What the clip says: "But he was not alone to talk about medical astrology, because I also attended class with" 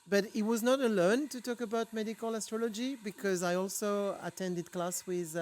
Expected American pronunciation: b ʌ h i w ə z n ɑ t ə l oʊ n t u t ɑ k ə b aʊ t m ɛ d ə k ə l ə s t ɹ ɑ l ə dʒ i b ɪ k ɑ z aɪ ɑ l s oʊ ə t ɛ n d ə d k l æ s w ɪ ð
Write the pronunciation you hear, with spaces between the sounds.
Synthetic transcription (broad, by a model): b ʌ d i w ə z n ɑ t ə l oʊ n t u t ɑ k ə b aʊ t m ɛ d ə k ə l ə s t ɹ ɑ l ə dʒ i b ɪ k ɑ z aɪ ɑ l s oʊ ə t ɛ n d ə d k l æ s w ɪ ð